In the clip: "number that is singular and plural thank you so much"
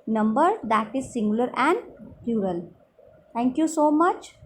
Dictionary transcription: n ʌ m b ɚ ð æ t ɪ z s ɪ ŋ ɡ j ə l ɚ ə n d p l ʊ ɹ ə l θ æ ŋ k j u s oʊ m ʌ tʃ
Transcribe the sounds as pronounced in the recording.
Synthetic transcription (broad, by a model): n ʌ m b ɚ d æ t ɪ z s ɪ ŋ ɡ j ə l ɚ ə n d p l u ɹ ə l t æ ŋ k j u s oʊ m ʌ tʃ